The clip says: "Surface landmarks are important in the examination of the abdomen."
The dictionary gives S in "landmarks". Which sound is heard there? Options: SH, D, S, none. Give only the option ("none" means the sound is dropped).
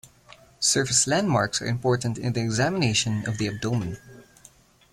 S